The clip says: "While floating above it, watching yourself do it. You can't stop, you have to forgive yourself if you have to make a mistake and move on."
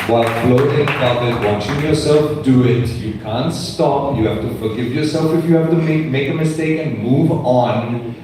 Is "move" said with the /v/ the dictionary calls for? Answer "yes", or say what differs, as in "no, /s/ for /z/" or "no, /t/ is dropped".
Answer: yes